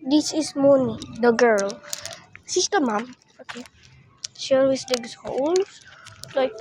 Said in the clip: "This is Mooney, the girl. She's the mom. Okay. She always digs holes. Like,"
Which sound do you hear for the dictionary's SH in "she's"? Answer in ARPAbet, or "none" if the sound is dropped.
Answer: S